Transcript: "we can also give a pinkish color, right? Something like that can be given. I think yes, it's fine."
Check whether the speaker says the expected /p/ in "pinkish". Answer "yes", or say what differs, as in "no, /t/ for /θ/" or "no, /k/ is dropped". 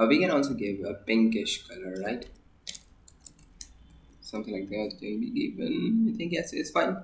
no, /b/ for /p/